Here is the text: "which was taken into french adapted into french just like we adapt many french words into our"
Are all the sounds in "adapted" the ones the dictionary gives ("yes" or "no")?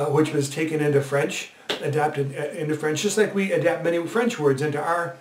yes